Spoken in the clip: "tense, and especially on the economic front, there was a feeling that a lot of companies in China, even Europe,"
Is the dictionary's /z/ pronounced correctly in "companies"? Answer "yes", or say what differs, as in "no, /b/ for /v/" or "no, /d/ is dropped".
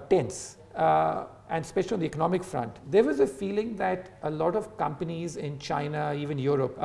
yes